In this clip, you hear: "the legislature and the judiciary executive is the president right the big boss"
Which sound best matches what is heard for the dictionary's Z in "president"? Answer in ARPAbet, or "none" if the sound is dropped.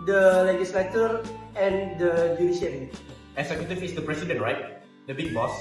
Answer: S